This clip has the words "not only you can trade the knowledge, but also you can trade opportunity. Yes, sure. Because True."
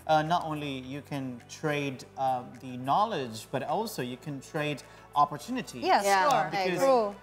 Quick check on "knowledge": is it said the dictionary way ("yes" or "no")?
yes